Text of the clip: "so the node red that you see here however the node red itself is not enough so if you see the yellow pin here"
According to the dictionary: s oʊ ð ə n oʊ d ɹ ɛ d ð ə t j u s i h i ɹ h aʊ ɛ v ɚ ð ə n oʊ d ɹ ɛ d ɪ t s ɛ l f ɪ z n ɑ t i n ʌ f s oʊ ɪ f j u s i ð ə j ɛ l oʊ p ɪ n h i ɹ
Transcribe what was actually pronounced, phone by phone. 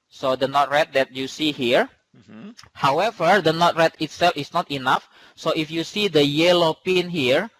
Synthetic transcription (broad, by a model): s oʊ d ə n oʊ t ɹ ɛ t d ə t j u s i h i ɹ h aʊ ɛ v ɚ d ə n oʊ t ɹ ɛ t ɪ t s ɛ l f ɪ s n ɑ t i n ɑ f s oʊ ɪ f j u s i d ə j ɛ l oʊ p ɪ n h i ɹ